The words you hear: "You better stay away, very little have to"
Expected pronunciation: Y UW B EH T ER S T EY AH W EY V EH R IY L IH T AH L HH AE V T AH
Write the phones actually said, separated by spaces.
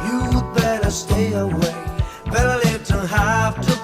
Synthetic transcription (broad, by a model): Y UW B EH T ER S T EY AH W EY B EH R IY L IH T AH HH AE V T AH